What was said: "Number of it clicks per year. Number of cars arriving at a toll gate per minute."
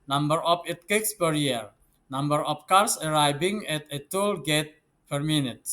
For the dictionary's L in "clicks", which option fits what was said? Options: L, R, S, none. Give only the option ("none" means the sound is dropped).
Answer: none